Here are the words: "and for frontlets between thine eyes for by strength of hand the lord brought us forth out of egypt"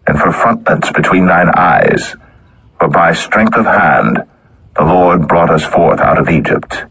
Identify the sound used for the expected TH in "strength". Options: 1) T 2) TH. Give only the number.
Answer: 2